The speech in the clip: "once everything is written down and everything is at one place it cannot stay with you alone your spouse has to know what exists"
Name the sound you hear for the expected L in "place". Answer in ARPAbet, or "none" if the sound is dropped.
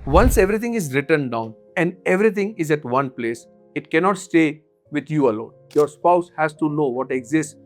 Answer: L